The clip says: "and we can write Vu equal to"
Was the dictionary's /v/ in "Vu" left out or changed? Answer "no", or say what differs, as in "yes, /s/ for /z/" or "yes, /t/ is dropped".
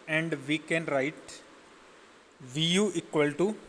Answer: no